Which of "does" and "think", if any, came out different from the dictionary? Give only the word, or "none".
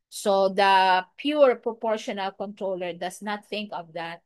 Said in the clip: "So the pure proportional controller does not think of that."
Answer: does